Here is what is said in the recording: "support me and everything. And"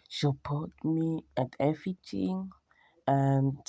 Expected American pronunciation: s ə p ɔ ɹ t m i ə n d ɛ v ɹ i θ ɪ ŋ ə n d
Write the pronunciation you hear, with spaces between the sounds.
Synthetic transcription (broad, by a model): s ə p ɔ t m i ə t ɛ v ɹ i t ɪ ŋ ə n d